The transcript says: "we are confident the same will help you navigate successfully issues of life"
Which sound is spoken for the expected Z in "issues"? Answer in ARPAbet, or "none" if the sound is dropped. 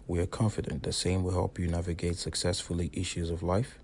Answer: Z